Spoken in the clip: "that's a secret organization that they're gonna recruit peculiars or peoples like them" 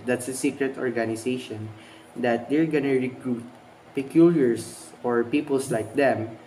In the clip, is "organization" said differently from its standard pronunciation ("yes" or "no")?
yes